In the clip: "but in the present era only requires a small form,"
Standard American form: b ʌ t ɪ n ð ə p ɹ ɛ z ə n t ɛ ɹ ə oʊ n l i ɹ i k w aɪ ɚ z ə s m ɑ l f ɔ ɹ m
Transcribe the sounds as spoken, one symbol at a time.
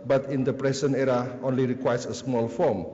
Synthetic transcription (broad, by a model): b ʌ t ɪ n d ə p ɹ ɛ s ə n ɛ ɹ ə oʊ n l i ɹ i k w aɪ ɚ s ə s m ɑ l f ɔ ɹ m